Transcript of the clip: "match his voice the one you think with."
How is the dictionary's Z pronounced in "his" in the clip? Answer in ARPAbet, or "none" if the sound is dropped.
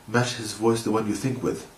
Z